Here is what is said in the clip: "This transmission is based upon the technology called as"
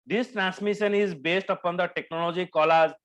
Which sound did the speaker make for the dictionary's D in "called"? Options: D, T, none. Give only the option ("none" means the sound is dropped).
none